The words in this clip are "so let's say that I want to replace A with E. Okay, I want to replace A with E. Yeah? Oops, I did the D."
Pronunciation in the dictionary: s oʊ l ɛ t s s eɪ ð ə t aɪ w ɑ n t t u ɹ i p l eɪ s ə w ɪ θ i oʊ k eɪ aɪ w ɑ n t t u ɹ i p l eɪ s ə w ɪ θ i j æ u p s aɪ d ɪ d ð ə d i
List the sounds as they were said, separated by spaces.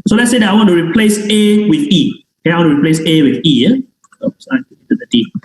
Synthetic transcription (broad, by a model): s oʊ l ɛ t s s eɪ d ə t aɪ w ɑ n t t u ɹ i p l eɪ s ə w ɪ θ i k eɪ aɪ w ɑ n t t u ɹ i p l eɪ s ə w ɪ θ i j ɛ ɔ s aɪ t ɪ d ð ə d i